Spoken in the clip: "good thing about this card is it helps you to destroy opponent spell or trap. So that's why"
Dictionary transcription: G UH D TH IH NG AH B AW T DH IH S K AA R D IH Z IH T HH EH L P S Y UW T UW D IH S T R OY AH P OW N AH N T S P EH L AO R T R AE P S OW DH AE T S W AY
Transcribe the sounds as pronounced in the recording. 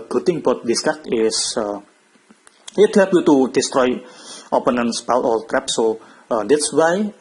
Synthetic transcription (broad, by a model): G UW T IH NG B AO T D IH S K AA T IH S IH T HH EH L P Y UW T UW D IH S T R OY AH P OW N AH N S P EH L AO L T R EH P S OW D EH T S W AY